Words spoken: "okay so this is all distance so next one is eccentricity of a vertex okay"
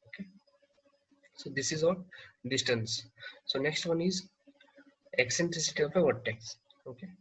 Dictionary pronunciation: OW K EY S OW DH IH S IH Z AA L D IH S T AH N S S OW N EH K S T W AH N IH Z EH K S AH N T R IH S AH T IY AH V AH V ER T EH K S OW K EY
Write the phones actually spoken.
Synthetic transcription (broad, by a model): OW K EY S OW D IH S IH Z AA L D IH S T AH N S S OW N EH K S T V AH N IH Z EH K S AH N T R IH S AH T IY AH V AH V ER T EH K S OW K EY